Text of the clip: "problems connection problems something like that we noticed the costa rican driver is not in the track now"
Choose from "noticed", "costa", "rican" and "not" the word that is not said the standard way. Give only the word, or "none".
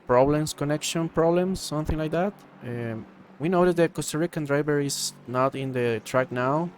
noticed